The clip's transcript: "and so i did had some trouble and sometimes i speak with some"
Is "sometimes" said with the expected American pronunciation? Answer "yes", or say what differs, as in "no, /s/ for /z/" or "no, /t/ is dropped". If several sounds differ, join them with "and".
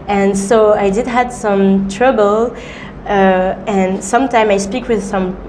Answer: no, /z/ is dropped